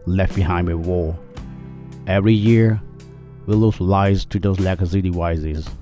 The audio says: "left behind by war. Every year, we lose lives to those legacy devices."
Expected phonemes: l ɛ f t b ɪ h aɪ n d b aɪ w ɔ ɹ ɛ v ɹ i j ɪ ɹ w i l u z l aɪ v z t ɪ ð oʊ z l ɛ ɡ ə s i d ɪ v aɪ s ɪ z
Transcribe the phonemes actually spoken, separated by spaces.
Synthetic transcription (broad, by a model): l ɛ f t b ɪ h aɪ n d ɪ w ɔ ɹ ɛ v ɹ i j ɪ ɹ w i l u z l aɪ z t ɪ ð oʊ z l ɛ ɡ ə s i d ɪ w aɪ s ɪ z